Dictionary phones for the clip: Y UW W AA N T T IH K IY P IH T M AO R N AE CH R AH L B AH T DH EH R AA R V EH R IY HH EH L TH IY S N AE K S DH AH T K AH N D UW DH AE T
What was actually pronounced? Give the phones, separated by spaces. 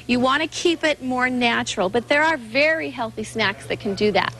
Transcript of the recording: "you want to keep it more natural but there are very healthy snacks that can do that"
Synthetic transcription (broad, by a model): Y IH W AA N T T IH K IY P IH T M AO R N AE CH R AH L B AH T DH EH R AA R V EH R IY HH EH L TH IY S N AE K S DH AH T K AH N D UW DH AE T